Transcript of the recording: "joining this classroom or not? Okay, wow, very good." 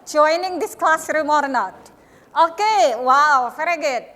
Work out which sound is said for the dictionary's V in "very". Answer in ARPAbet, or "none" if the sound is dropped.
F